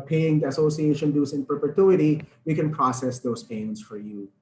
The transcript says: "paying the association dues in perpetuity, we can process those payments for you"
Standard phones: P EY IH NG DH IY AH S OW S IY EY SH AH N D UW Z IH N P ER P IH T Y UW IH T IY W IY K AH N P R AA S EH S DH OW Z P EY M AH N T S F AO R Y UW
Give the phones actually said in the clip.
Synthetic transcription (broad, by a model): P EY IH NG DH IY AH S OW S IY EY SH AH N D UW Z IH N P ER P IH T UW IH T IY W IY K AH N P R AA S EH S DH OW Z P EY AH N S F AO R Y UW